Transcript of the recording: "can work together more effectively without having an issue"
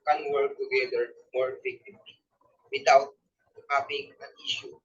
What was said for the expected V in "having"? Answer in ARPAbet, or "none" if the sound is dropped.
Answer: P